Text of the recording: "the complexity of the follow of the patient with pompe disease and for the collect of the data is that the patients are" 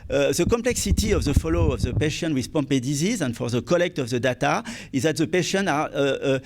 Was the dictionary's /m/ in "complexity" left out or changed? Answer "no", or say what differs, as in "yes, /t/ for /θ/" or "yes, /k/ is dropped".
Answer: no